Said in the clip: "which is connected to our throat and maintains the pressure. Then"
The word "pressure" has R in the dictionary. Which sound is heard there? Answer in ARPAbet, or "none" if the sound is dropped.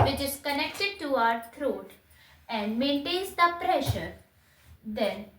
R